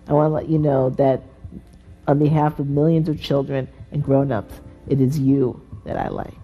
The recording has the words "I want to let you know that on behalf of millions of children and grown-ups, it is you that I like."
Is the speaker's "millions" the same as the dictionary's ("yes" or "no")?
yes